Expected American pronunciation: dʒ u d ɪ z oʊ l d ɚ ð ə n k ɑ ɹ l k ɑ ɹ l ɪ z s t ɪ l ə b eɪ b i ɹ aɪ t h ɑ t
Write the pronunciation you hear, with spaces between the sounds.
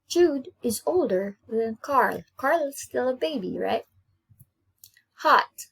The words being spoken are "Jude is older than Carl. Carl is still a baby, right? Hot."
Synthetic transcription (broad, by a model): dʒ u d ɪ z oʊ l d ɚ ð ə n k ɑ ɹ l k ɑ ɹ l ɪ z s t ɪ l ə b eɪ b i ɹ aɪ t h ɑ t